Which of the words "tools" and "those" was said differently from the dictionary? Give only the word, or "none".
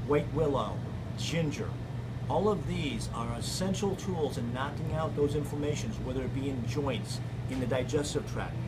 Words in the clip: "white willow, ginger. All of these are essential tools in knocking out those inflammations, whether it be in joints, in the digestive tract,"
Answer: none